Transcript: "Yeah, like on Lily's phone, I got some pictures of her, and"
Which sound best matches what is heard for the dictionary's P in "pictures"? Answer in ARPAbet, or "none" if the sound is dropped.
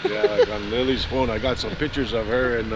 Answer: P